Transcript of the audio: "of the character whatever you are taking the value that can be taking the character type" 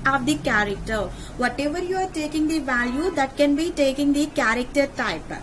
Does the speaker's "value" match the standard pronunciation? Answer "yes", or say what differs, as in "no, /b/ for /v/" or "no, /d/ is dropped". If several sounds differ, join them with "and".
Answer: yes